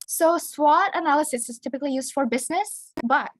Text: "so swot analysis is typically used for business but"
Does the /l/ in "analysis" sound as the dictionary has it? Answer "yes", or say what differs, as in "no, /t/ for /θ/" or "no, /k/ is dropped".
yes